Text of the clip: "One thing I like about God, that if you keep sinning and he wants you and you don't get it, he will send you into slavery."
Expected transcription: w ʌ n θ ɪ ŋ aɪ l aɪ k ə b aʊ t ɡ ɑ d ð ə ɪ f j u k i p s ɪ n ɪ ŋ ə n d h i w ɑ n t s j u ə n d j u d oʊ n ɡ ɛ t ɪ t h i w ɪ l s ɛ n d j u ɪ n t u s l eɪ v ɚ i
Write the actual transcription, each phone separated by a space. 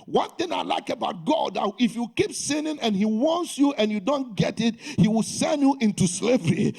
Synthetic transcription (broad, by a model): w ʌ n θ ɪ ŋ aɪ l aɪ k ə b aʊ t ɡ ɑ d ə ɪ f j u k i p s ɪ n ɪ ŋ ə n h i w ɑ n t s j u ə n j u d oʊ n ɡ ɛ t ɪ t h i w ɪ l s ɛ n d j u ɪ n t u s l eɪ v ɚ i